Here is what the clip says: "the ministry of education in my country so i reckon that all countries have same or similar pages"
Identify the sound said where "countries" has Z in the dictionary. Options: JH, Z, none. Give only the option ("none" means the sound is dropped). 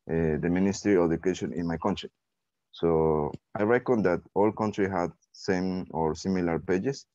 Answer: none